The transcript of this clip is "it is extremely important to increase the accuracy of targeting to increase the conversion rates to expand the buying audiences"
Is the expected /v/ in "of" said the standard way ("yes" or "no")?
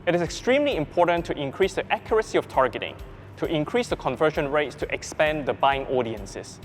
no